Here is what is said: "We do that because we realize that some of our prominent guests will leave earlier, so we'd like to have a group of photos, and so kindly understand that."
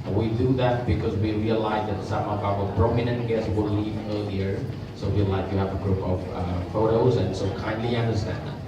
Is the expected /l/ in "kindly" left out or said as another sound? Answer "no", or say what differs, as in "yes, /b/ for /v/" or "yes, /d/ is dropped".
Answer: no